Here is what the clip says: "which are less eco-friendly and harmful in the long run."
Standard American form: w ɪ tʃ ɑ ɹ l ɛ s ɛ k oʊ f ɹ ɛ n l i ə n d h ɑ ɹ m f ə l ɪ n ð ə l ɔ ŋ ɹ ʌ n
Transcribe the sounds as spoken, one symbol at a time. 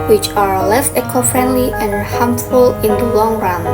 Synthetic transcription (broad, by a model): w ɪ tʃ ɑ ɹ l ɛ s ɛ k oʊ f ɹ ɛ n l i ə n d h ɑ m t f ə l ɪ n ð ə l ɔ ŋ ɹ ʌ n